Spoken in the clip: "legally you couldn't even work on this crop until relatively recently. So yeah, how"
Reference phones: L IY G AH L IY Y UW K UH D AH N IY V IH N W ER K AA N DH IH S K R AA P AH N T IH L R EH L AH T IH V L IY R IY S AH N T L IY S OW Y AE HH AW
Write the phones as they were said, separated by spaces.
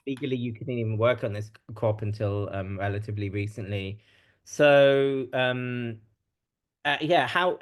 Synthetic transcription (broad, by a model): L IY G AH L IY Y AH K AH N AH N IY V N W ER K N DH IH S K R AA P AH N T IH L R EH L AH T IH V L IY R IY S AH N T L IY S OW Y AE HH AW